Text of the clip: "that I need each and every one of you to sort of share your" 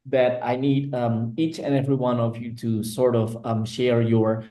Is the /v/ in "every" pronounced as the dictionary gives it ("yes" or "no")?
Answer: yes